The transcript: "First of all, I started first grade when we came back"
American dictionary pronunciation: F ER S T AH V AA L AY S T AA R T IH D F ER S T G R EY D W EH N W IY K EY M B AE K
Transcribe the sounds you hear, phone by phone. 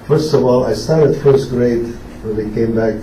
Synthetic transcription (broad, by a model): F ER S T AH V AA L AY S T AA R T IH D F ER S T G R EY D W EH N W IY K EY M B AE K